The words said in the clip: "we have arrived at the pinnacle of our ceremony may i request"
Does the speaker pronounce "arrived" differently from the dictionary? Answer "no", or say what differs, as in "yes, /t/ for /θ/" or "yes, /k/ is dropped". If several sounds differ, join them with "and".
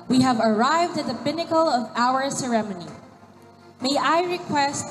no